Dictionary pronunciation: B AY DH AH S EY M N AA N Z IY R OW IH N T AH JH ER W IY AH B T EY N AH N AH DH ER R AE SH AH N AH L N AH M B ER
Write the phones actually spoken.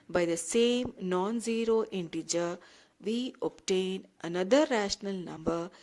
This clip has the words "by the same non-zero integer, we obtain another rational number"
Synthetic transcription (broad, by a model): B AY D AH S EY M N AA N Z IY R OW IH N T AH JH ER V IY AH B T EY N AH N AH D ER R AE SH AH N AH L N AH M B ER